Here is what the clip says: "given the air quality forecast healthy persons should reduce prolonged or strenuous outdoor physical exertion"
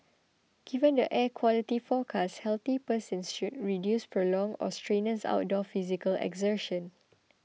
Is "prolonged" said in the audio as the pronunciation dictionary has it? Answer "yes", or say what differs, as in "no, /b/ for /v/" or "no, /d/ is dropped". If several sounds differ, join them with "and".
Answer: no, /d/ is dropped